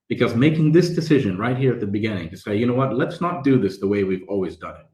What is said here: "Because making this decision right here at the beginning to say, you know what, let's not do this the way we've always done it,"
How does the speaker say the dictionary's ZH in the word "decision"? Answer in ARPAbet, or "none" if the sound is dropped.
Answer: ZH